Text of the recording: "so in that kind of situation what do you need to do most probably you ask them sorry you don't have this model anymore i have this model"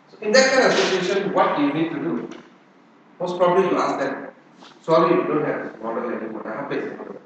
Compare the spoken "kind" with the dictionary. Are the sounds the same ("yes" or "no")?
no